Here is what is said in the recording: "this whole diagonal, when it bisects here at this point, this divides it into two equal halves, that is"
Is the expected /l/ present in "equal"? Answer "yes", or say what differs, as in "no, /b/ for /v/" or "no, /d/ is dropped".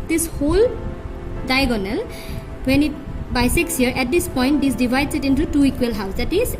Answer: yes